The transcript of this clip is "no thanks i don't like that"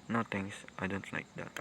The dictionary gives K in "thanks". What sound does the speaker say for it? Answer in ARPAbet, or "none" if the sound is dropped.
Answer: none